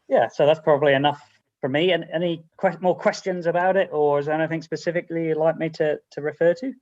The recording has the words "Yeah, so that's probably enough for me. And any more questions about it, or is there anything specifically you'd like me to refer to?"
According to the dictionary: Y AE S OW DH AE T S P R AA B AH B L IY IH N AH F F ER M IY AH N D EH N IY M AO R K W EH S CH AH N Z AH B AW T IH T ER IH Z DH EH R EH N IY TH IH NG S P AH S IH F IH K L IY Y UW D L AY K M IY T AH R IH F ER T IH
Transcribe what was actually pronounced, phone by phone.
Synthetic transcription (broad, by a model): Y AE S OW DH AE T S P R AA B AH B L IY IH N AH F F ER M IY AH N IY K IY M AO R K W EH S CH AH N Z AH B AW T IH T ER IH Z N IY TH IH NG S P AH S IH F IH K L IY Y L AY K M IY T AH R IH F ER T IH